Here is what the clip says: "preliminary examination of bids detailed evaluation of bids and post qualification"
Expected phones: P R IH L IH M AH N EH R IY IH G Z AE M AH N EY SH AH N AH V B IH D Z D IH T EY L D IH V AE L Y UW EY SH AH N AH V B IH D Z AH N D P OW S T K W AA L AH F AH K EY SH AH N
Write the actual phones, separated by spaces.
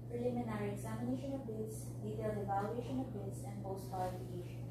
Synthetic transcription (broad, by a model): P R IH L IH M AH N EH R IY IH G Z AE M AH N EY SH AH N AH V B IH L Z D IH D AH D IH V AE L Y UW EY SH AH N AH V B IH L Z AH N D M OW S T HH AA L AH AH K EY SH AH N